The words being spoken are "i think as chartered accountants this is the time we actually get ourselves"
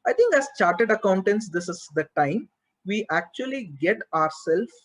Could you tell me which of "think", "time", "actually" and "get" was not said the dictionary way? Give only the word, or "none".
think